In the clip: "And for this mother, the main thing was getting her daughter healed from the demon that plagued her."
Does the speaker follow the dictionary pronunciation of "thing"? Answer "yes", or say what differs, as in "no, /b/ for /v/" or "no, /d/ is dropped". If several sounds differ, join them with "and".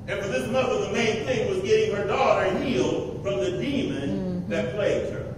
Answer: yes